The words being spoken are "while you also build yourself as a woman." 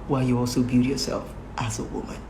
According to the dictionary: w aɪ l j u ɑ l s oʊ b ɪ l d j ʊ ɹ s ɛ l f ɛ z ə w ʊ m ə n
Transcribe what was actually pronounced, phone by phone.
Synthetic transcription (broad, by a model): w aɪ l j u ɑ l s oʊ b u d j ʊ ɹ s ɛ l f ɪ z ə w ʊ m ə n